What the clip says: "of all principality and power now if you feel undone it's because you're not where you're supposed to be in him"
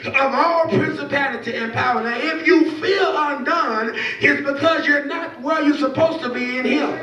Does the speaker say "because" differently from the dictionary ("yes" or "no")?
no